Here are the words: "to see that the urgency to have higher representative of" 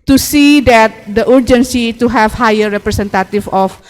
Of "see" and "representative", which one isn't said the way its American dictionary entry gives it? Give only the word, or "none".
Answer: representative